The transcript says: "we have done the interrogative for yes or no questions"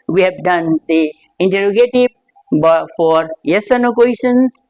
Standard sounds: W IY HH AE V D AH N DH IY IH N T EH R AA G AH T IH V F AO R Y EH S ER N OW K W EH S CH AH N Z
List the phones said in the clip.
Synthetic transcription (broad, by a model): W IY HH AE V D AH N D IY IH N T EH R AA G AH T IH B F AO R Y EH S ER N OW K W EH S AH N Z